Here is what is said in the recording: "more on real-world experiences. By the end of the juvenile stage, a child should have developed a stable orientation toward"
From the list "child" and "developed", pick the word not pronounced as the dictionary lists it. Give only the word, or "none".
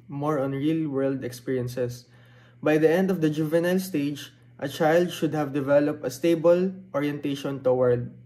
none